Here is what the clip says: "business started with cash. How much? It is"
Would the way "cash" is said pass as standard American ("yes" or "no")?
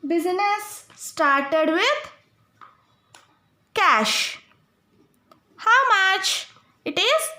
yes